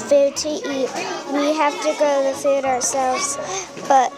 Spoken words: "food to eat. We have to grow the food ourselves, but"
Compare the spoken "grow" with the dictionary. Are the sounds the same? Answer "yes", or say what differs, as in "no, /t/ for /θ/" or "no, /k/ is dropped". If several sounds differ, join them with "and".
no, /ɹ/ is dropped